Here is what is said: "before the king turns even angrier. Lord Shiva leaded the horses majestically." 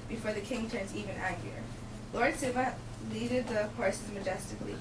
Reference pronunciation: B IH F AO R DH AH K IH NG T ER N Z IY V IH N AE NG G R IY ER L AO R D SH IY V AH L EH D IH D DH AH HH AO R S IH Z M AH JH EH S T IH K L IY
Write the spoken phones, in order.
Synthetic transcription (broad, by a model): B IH F AO R DH AH K IH NG T ER N Z IY V IH N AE G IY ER L AO R D S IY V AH L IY D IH D DH AH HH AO R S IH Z M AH JH EH S T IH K L IY